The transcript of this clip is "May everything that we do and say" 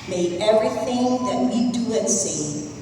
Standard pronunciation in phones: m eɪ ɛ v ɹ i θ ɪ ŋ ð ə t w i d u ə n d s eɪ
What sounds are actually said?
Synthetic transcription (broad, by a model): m eɪ ɛ v ɹ i θ ɪ ŋ ð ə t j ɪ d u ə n s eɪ